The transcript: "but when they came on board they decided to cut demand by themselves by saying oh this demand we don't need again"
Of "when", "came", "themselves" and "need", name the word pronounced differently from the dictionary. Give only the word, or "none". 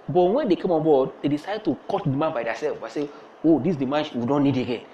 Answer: themselves